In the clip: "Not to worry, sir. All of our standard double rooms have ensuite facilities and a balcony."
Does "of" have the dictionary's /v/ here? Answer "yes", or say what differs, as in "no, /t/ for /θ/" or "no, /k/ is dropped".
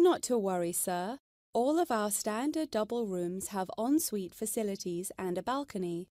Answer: yes